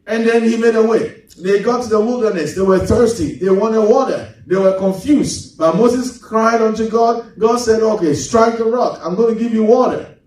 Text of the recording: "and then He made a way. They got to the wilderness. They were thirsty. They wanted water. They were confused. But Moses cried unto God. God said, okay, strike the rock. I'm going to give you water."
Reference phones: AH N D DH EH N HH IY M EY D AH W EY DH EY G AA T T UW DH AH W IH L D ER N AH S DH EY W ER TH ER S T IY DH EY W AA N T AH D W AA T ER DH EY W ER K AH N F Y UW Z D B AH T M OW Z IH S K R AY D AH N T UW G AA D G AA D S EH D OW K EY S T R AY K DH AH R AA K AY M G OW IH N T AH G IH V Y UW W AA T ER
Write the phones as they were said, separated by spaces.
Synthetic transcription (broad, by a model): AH N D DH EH N HH IY M EY D AH W EY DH EY G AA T T UW DH AH W IH L D ER N AH S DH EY W ER TH ER S T IY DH EY W AA N T AH D W AA T ER DH EY W ER K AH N F Y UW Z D B AH T M OW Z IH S K R AY D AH N T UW G AA D G AA D S EH D OW K EY S T R AY K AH R AA K AY M G OW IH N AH G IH V Y UW W AA T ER